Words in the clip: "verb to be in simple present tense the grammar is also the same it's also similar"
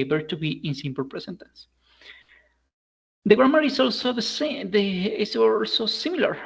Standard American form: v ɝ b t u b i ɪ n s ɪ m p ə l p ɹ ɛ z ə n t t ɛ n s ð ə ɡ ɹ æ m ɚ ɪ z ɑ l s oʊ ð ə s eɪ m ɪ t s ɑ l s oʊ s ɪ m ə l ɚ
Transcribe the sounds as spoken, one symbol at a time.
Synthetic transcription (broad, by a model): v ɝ t u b i ɪ n s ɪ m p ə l p ɹ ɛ s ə n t t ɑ n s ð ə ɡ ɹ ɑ m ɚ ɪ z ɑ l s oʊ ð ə s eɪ ɪ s ɑ l s oʊ s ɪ m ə l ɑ